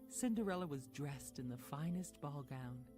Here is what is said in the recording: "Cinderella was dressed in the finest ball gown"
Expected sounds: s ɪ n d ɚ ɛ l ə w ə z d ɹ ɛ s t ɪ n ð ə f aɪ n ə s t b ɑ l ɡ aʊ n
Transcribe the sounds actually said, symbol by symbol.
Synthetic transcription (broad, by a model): s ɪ n d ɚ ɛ l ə w ə z d ɹ ɛ s t ɪ n ð ə f aɪ n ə s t b ɑ l ɡ aʊ n